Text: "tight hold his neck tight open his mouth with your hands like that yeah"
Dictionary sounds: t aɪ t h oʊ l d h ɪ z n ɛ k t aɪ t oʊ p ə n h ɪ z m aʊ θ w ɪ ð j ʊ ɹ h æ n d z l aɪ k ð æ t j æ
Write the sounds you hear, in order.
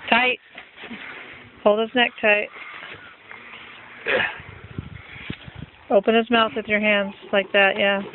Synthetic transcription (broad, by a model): t aɪ t h oʊ l d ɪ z n ɛ k t aɪ t oʊ p ə n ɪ z m aʊ θ w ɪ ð j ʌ ɹ h æ n d z l aɪ k ð æ t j æ